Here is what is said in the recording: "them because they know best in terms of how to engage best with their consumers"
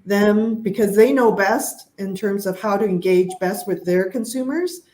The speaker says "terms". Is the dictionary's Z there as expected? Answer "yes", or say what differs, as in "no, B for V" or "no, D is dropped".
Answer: yes